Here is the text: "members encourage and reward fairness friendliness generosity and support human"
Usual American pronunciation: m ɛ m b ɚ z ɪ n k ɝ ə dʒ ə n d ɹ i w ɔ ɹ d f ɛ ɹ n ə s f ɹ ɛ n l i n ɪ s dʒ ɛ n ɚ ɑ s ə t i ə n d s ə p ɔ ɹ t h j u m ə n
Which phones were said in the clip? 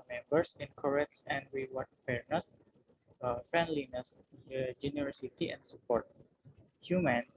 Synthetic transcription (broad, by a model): m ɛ m b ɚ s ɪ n k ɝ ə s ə n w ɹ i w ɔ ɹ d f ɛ ɹ n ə s f ɹ ɛ n l i n ɪ s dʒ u n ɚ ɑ s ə t i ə n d s ə p ɔ ɹ t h j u m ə n